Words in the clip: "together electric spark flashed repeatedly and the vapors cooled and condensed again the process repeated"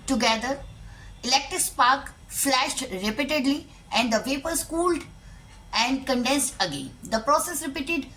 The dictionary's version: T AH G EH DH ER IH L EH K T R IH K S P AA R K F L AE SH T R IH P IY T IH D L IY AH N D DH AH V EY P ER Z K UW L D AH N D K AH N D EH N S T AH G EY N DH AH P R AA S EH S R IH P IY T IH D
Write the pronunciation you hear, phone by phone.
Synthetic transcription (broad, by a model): T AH G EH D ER IH L EH K T R IH K S P AA R K F L AE SH T R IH P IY T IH D L IY AH N D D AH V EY P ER S K UW L D AH N D K AH N D EH N S T AH G EY N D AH P R AA S EH S R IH P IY T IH D